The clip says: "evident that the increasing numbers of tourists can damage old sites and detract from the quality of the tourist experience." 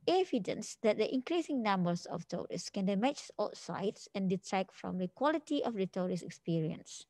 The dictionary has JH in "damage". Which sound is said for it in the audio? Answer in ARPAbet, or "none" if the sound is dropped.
CH